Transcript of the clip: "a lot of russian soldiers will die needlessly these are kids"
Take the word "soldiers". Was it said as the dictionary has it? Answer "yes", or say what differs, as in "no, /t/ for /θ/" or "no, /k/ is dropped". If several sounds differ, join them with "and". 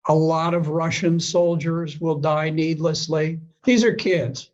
yes